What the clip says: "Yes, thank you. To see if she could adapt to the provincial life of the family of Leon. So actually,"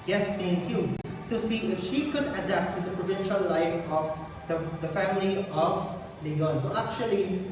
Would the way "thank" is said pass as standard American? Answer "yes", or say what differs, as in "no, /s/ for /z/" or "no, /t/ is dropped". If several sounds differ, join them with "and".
no, /t/ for /θ/